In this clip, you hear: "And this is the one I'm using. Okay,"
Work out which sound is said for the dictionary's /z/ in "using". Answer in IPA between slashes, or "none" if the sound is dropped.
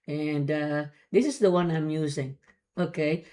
/z/